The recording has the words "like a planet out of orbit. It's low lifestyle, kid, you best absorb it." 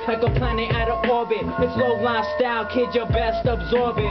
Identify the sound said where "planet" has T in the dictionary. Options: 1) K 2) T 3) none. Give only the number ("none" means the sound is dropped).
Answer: 3